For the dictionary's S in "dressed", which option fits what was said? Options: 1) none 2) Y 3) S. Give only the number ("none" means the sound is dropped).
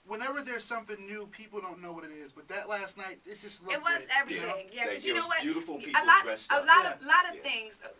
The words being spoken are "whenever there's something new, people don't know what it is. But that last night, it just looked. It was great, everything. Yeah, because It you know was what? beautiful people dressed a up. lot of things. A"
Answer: 1